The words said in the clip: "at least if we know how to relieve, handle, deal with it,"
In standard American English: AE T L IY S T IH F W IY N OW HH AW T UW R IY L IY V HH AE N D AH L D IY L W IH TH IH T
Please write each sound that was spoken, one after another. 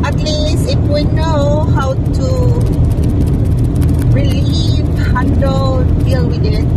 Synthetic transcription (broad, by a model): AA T L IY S IH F W IY N OW HH AW T UW R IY L IY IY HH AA N D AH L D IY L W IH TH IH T